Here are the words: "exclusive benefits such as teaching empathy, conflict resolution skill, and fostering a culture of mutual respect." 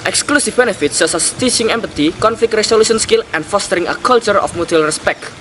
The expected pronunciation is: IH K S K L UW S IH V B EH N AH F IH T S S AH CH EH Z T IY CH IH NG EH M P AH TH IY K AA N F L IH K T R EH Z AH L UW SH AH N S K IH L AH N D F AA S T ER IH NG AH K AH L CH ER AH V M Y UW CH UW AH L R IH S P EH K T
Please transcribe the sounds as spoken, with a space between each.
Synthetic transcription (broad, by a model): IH K S K L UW S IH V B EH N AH F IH T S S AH S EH S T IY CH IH NG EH M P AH T IY K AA N F L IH K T R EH S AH L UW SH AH N S K IH L AH N D F AA S T ER IH NG AH K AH L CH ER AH F M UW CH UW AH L R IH S P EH K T